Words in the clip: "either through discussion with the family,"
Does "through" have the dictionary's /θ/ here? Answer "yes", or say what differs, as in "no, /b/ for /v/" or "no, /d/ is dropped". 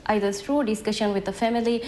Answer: no, /s/ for /θ/